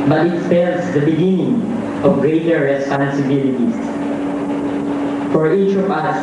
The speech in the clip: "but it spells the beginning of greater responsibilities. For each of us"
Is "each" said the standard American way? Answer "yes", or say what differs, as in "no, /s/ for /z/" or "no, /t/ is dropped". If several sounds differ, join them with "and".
yes